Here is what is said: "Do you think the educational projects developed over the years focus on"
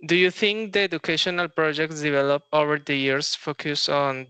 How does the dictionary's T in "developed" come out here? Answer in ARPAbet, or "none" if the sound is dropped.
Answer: none